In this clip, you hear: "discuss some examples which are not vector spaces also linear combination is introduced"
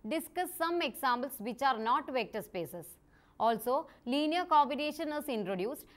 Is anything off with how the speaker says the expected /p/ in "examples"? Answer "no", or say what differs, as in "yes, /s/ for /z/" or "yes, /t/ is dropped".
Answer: yes, /b/ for /p/